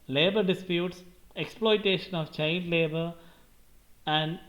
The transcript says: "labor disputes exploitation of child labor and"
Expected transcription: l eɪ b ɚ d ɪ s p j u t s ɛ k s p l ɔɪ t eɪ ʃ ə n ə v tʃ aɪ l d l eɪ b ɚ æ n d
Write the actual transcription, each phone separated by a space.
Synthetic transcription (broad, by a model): l eɪ b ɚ d ɪ s p j u t s ɛ k s p l ɔɪ t eɪ ʃ ə n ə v tʃ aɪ n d l eɪ b ɚ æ n d